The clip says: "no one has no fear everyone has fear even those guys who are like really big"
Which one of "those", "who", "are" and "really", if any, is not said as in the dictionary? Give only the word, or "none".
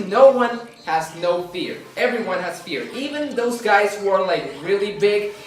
none